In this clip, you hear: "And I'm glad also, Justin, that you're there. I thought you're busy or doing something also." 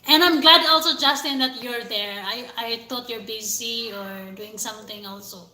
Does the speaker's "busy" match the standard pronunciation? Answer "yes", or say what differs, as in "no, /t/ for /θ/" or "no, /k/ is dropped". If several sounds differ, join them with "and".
no, /s/ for /z/